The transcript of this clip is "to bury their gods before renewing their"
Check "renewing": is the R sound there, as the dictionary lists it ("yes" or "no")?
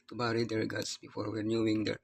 no